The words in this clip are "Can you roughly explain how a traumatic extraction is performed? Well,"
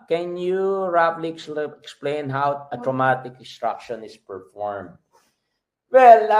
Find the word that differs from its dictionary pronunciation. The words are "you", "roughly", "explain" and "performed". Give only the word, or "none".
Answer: roughly